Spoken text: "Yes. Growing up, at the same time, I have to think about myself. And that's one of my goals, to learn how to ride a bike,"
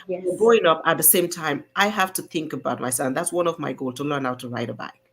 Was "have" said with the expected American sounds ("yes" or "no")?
no